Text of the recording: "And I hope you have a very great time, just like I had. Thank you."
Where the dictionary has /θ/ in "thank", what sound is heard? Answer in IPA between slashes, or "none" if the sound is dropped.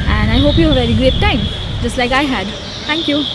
/t/